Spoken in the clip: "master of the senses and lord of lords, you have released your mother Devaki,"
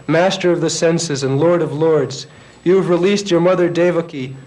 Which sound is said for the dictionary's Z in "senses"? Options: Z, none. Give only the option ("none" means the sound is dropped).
Z